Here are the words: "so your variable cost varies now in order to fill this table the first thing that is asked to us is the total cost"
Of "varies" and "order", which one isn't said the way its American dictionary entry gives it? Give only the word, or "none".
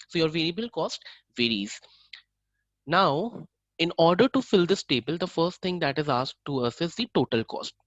none